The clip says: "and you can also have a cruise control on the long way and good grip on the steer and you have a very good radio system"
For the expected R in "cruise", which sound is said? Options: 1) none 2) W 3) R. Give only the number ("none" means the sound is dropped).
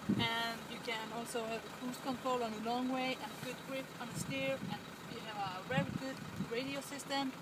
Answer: 1